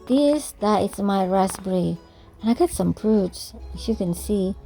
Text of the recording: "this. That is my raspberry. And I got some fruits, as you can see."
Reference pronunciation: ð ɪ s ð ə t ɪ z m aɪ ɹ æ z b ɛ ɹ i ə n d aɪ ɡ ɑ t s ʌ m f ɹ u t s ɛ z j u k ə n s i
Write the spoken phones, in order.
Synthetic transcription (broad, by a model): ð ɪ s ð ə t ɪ s m aɪ ɹ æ s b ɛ ɹ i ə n aɪ ɡ ɑ t s ʌ m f ɹ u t s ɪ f j u k ə n s i